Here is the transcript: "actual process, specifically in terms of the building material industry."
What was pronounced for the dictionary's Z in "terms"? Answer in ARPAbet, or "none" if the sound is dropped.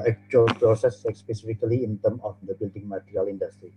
none